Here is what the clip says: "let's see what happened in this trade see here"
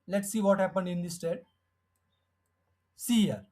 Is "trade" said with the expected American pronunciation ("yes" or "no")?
no